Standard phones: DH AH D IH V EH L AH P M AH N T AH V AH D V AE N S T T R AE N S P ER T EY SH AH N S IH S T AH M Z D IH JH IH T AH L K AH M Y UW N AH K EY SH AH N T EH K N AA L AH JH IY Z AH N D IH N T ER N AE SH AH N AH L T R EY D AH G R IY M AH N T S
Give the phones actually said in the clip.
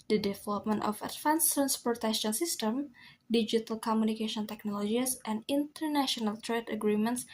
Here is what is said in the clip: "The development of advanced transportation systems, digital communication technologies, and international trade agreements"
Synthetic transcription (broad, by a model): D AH D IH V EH L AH P M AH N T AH F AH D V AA N S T T R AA N S P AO T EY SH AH N S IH S T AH M D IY JH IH T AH L K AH M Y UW N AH K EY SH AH N T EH K N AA L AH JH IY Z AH N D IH N T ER N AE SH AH N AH L T R EY D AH G R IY M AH N T S